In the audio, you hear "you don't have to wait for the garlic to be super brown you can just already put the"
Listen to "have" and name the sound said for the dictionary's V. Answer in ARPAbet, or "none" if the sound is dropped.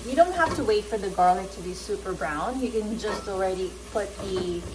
F